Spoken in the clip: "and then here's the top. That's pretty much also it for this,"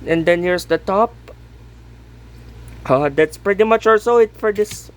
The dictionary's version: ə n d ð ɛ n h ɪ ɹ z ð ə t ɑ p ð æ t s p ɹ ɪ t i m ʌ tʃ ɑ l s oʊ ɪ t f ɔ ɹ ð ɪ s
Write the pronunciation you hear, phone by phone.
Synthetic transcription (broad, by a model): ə n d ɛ n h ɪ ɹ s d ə t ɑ p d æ t s p ɹ ɪ t i m ʌ tʃ ɑ l s oʊ ɪ t f ɔ ɹ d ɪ s